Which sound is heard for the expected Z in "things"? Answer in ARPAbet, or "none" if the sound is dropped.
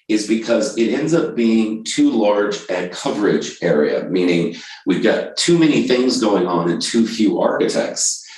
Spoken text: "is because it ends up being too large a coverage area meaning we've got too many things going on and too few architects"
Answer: Z